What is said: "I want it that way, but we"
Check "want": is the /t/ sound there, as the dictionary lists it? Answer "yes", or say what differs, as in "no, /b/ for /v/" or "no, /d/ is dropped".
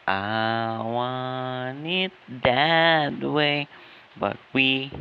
no, /t/ is dropped